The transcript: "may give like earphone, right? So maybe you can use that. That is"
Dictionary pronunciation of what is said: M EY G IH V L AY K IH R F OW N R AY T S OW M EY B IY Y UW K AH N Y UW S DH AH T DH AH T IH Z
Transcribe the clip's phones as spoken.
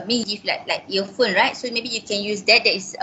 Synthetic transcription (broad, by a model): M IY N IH F L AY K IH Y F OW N R AY T S OW M EY B IY Y UW K AH N Y UW S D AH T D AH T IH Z